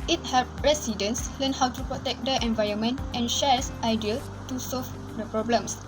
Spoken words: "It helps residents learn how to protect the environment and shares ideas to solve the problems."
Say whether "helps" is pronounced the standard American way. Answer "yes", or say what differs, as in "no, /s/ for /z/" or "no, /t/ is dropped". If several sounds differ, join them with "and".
no, /s/ is dropped